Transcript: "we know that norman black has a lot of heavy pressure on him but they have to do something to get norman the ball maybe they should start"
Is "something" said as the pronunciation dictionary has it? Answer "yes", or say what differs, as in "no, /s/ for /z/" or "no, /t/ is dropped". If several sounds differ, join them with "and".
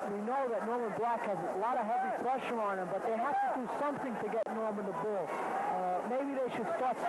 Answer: yes